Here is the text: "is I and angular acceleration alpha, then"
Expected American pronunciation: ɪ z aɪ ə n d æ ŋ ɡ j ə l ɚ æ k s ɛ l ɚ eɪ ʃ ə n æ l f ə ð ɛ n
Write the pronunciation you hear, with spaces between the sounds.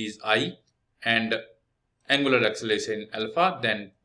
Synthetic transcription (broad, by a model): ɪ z aɪ ə n d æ ŋ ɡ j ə l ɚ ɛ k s l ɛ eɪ ə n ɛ l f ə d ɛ n